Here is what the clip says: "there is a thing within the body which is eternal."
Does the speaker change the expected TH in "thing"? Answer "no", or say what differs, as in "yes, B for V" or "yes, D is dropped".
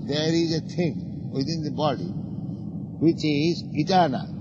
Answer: yes, T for TH